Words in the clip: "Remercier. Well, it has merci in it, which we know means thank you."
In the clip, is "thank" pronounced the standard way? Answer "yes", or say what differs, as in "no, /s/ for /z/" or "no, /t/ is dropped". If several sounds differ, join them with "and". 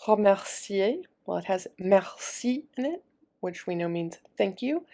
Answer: yes